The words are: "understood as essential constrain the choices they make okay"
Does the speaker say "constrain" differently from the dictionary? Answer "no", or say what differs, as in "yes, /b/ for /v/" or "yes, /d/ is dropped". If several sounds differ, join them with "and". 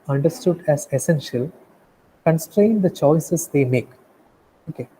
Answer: no